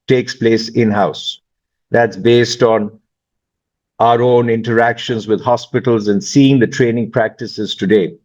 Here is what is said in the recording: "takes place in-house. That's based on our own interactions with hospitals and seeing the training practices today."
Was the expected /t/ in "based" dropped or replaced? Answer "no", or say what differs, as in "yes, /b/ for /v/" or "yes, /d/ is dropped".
no